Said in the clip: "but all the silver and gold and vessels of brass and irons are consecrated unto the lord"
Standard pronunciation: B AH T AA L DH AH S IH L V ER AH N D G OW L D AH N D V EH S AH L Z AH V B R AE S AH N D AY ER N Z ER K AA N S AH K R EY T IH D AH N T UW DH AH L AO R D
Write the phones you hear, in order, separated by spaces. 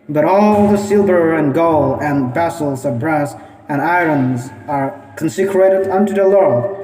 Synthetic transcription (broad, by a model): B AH T AA L DH AH S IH L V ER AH N G OW L AH N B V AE S L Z AH V B R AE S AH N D AY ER N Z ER K N S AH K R EY T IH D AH N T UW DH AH L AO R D